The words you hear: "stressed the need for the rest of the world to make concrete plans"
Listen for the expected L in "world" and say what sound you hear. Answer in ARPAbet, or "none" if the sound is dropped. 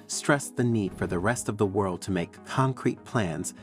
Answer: L